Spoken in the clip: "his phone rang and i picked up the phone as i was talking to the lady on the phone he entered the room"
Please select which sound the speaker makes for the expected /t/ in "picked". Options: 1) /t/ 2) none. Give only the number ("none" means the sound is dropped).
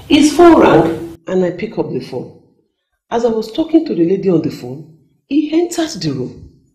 2